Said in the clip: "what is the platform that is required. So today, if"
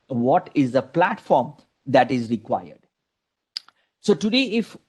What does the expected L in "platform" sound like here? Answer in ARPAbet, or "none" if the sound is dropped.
L